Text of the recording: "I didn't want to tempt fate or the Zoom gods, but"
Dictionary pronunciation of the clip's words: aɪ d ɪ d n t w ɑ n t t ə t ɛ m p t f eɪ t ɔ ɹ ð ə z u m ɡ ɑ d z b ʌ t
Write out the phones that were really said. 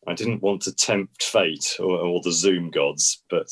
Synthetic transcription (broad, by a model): aɪ d ɪ d n t w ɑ n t t ə t ɛ m p t f eɪ t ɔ l ð ə z u m ɡ ɑ d z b ʌ t